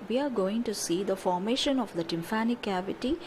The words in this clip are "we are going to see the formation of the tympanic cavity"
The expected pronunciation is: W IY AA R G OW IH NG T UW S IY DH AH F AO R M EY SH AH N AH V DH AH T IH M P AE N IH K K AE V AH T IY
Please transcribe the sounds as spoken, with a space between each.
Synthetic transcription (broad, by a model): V IY AA R G OW IH NG T UW S IY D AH F AO R M EY SH AH N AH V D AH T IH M F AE N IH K K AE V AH T IY